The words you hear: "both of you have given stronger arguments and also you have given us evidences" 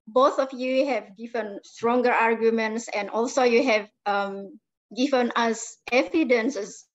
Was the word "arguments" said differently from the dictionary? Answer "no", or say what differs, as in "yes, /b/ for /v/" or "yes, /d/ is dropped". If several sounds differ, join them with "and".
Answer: no